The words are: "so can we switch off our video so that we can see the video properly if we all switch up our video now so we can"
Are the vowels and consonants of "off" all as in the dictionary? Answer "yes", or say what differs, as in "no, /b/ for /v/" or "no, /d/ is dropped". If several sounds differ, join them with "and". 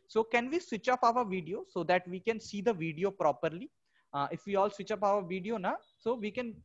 no, /p/ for /f/